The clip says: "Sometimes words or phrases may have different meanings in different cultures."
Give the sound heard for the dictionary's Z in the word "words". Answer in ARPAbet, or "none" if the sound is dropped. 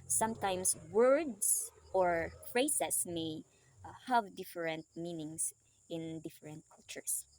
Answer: S